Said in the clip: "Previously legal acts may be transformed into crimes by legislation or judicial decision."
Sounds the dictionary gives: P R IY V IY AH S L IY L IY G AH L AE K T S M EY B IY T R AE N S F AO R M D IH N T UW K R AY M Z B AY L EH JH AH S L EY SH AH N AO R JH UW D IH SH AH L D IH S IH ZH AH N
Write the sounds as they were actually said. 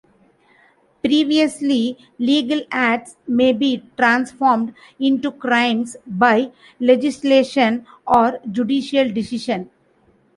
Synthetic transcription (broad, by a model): P R IY V IY AH S L IY L IY G AH L AE K T S M EY B IY T R AE N S F AO R M D IH N T UW K R AY M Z B AY L EH JH AH S L EY SH AH N AO R JH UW D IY SH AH L D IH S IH SH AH N